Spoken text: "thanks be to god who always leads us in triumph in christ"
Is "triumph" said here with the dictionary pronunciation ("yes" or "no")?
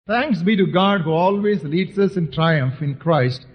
yes